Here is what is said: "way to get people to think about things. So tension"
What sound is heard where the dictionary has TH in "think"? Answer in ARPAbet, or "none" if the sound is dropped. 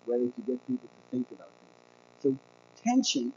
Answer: TH